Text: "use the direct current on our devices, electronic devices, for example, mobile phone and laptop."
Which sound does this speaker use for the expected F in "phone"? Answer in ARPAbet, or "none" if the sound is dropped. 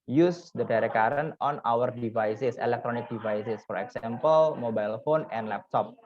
F